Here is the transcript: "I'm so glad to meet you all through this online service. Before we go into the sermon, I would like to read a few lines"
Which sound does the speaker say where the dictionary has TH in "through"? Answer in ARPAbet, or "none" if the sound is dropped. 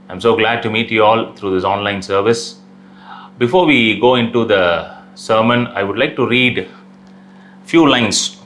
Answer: T